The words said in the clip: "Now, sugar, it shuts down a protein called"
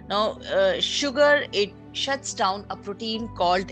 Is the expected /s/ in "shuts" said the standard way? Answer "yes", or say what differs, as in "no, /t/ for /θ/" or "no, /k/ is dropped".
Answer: yes